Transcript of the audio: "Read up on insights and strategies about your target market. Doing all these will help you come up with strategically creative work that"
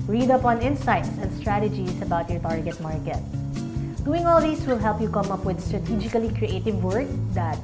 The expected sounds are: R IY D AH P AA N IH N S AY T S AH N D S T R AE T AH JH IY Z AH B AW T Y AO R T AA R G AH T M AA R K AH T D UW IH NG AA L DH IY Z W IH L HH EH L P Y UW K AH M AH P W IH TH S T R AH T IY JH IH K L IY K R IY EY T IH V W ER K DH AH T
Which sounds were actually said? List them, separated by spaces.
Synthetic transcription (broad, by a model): R IY D AH P AA N IH N S AY T S AH N D S T R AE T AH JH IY S AH B AW T Y AO R T AA R G AH T M AA R K AH T D UW IH NG AA L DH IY S W IH L HH EH L P Y UW K AH M AH P W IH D S T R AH T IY JH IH K L IY K R IY EY T IH V W ER K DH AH T